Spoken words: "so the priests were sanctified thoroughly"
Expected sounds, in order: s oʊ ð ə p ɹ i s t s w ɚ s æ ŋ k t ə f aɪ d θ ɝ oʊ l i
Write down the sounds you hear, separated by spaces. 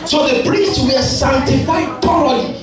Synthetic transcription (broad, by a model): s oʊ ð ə p ɹ i s t s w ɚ s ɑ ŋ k t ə f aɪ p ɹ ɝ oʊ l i